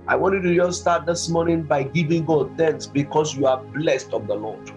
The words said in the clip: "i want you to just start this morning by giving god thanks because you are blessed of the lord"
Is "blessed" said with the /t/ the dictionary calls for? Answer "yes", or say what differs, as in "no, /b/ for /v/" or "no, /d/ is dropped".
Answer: yes